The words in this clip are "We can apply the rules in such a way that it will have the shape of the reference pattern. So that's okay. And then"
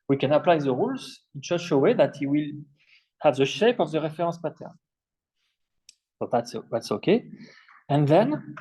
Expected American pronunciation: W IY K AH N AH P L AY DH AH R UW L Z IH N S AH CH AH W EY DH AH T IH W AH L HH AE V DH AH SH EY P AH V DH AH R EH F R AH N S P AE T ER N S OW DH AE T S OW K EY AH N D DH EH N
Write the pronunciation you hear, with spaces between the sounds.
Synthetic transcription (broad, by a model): W IY K AH N AH P L AY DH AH R UW L Z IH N SH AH SH AH W EY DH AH T IH W AH L HH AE V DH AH SH EY P AH V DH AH R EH F R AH S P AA T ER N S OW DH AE T S OW K EY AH N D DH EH N